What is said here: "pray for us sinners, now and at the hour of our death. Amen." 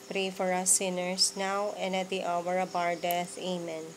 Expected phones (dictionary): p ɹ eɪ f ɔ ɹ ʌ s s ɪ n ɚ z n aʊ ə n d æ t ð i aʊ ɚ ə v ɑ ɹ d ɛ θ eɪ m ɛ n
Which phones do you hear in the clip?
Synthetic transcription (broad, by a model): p ɹ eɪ f ɔ ɹ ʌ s s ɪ n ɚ s n aʊ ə n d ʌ t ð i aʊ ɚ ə b ɑ ɹ d ɛ θ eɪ m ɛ n